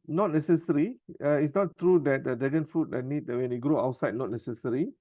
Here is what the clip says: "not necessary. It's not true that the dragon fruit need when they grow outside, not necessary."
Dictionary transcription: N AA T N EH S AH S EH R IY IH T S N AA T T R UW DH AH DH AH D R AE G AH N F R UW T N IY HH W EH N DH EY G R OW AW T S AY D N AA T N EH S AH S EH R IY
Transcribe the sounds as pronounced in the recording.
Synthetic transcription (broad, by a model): N AA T N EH S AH S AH R IY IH T S N AA T T R UW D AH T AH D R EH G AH N F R UW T N IY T W EH N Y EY G R OW AW T S AY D N AA T N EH S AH S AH R IY